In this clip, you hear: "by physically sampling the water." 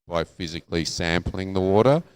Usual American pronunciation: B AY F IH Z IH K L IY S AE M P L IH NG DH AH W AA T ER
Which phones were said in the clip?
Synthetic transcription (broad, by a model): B AY F IH Z IH K L IY S AE M P L IH NG DH AH W AA T ER